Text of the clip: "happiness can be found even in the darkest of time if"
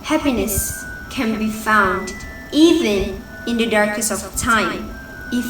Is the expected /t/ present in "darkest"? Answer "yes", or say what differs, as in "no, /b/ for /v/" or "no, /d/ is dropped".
no, /t/ is dropped